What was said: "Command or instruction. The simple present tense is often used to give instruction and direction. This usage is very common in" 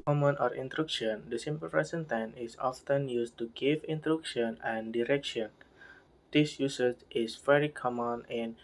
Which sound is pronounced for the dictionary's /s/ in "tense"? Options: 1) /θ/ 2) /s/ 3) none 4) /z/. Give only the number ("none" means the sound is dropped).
3